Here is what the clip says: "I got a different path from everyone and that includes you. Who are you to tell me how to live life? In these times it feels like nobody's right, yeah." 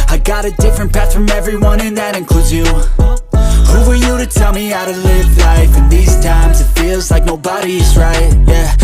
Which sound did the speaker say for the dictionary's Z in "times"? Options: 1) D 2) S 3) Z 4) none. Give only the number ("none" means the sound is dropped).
3